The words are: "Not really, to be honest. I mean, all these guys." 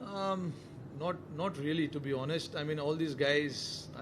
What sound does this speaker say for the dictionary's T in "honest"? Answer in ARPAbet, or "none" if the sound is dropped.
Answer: T